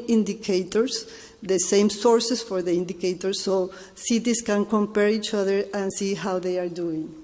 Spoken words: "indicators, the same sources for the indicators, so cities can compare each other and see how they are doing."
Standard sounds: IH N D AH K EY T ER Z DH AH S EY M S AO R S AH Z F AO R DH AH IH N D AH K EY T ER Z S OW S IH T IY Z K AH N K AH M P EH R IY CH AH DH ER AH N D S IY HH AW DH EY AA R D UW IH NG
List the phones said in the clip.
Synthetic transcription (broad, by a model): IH N D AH K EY T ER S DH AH S EY M S AO R S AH S F AO R DH AH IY N D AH K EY T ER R S OW S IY T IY S K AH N K AH M P EH R IY CH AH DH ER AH N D S IY HH AW DH EY AA R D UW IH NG